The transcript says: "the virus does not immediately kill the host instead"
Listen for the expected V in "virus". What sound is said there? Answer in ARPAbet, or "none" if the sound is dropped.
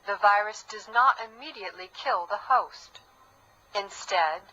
V